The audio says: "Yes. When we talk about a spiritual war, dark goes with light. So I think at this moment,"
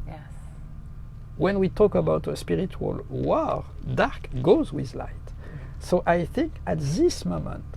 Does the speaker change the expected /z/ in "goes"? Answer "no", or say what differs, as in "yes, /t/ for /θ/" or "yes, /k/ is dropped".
no